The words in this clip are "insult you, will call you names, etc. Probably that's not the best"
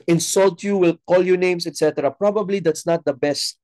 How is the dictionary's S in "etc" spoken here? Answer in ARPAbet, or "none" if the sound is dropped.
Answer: S